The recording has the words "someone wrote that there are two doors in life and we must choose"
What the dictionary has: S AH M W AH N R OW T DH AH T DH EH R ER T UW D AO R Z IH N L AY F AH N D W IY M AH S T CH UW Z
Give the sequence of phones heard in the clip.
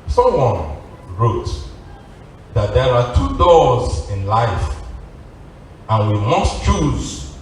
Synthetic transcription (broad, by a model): S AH M W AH N R OW T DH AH T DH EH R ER T UW D AO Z IH N L AY F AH N W IY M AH S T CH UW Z